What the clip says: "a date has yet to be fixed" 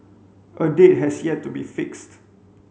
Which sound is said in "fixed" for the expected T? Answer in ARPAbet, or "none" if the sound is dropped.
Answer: T